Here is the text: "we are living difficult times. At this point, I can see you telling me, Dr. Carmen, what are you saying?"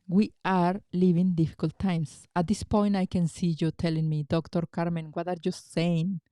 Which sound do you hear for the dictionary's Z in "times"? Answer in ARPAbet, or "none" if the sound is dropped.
S